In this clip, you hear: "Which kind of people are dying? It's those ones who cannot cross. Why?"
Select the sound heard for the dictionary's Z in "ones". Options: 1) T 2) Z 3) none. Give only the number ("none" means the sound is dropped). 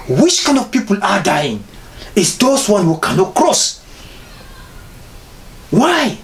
3